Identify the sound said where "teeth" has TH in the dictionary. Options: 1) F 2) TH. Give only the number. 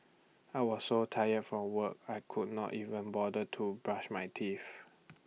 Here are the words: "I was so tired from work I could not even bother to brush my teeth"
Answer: 1